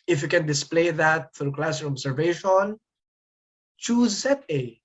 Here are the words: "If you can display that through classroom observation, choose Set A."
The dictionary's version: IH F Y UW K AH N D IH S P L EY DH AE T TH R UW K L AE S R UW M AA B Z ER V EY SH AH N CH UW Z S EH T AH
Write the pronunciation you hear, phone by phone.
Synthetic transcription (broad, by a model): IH F Y UW K AH N D IH S P L EY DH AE T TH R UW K L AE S AH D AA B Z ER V EY SH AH N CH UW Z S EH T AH